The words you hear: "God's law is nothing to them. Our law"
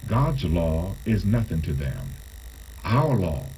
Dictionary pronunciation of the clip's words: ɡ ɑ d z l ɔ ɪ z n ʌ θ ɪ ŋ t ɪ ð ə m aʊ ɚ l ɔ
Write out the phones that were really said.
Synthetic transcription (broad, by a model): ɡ ɑ d z l ɔ ɪ z n ʌ θ ɪ ŋ t ɪ ð ə m aʊ ɚ l ɔ